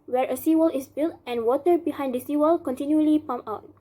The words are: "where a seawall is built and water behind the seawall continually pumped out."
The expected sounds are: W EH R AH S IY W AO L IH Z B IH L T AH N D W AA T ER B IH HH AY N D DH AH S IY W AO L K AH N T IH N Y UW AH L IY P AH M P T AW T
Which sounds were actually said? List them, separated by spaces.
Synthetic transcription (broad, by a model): W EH R AH S IY W AO L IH S B IH L T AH N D W AA T ER B IH HH AY N D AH S IY W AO L K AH N T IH N Y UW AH L IY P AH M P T AW T